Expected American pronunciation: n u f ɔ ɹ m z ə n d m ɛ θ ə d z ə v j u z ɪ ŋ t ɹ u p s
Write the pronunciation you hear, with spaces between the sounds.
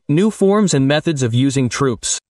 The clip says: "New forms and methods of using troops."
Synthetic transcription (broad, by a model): n u f ɔ ɹ m z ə n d m ɛ θ ə d z ə v j u z ɪ ŋ t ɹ u p s